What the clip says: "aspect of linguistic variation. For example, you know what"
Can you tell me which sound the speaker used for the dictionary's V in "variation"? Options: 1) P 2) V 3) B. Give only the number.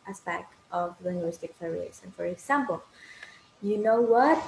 1